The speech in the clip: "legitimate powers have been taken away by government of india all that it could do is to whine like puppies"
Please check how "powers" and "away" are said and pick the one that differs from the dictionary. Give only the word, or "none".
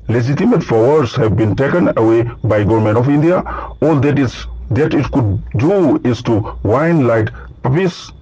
powers